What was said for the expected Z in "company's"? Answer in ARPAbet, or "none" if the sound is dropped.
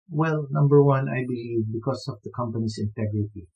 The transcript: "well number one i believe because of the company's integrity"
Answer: S